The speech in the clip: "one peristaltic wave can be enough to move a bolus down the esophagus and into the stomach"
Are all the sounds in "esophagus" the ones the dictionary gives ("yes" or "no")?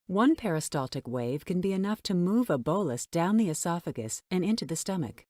yes